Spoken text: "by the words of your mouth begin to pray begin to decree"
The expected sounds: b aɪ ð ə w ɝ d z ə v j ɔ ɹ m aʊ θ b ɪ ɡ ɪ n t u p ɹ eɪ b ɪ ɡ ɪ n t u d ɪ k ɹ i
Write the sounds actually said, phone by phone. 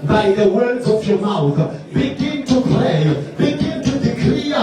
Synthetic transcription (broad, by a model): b aɪ ð ə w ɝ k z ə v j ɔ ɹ m aʊ θ b ɪ ɡ ɪ n t u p l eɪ b ɪ ɡ ɪ n t u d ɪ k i